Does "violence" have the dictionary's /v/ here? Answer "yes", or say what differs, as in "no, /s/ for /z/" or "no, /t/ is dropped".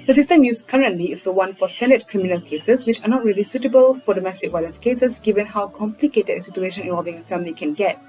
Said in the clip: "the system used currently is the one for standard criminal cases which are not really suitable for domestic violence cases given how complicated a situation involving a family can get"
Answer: no, /w/ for /v/